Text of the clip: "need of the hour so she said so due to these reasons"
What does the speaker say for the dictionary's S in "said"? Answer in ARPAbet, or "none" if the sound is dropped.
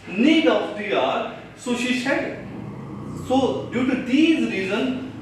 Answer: SH